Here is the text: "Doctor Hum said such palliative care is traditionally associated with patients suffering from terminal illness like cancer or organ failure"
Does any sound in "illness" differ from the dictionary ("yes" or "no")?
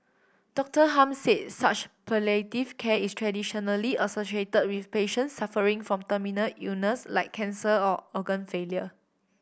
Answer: yes